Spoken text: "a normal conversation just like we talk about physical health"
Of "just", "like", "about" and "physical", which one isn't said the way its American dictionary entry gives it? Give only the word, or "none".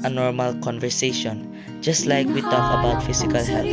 physical